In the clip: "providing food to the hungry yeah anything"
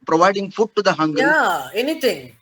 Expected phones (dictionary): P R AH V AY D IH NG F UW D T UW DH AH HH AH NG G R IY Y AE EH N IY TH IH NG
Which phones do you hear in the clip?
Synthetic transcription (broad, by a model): P R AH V AY D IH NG F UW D T UW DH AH HH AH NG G IY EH N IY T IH NG